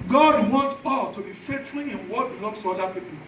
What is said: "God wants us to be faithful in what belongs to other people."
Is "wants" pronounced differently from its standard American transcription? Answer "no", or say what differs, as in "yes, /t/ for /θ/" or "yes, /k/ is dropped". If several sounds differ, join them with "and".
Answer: yes, /s/ is dropped